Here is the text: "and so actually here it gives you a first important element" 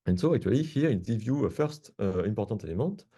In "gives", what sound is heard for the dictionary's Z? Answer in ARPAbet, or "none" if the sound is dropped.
none